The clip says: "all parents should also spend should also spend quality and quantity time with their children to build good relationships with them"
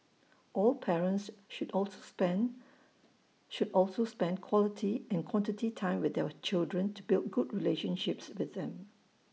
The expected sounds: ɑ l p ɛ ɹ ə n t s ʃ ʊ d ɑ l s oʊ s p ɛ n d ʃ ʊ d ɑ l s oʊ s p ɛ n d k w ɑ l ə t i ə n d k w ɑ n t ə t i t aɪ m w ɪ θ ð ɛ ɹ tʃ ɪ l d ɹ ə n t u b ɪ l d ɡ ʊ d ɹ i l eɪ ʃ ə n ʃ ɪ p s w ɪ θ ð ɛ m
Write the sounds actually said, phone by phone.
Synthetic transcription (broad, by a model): ɑ l p ɛ ɹ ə n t s ʃ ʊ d ɑ l s oʊ s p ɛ n ʃ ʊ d ɑ l s oʊ s p ɛ n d k w ɑ l ə t i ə n k w ɑ n t ə t i t aɪ m w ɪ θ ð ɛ w tʃ ɪ l d ɹ ə n t u b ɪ l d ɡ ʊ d ɹ i l eɪ ʃ ə n ʃ ɪ p s w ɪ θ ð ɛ m